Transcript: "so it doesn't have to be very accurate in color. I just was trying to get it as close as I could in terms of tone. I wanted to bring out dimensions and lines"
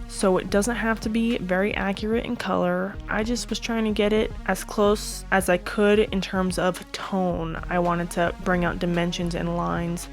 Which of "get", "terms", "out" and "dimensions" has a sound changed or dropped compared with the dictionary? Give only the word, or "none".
none